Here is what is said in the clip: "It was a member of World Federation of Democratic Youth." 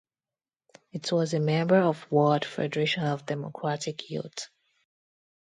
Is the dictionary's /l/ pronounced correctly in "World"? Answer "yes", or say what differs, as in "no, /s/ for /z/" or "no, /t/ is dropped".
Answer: no, /l/ is dropped